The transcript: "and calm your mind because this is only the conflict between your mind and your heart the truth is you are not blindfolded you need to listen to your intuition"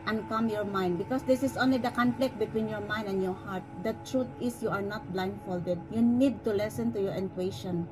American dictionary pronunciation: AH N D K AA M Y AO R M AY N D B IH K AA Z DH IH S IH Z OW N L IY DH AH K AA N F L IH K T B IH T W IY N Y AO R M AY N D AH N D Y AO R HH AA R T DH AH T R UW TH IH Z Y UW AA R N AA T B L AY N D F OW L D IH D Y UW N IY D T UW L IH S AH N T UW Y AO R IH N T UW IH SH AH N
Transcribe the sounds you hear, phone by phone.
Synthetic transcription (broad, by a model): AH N K AA M Y AO R M AY N D B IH K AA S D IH S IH S OW N L IY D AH K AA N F L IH K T B IH T W IY N Y AO R M AY N D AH N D Y AO R HH AA R T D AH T R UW T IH S Y UW AA R N AA T B L AY N D F OW L D IH D Y UW N IY D T UW L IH S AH N T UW Y AO R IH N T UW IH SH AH N